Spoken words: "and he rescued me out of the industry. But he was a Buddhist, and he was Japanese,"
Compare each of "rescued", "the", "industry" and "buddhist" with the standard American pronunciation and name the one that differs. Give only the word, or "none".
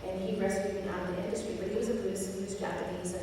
buddhist